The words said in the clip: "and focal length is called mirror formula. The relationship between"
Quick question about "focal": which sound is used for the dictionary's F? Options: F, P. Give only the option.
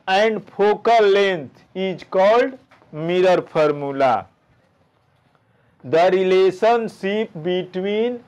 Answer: P